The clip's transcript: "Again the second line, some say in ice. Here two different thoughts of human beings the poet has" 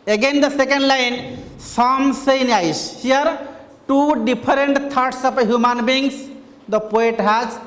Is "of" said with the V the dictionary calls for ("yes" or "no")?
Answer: no